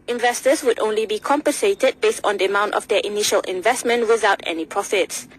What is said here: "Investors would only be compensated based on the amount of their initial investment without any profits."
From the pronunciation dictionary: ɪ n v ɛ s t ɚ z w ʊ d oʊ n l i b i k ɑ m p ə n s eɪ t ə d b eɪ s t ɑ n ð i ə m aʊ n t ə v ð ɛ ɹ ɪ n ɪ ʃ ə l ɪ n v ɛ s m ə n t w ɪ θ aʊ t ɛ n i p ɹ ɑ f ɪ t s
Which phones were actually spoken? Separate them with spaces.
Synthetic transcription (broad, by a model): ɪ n v ɛ s t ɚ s w ʊ d oʊ n l i b i k ɑ m p ə n s eɪ t ə d b eɪ s t ɑ n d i ə m aʊ n t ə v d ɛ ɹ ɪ n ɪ ʃ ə l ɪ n v ɛ s m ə n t w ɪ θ aʊ t ɛ n i p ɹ ɑ f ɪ t s